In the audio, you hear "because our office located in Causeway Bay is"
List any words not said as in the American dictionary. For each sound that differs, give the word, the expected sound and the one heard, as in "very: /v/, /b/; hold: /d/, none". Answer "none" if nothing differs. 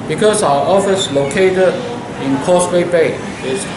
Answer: causeway: /z/, /s/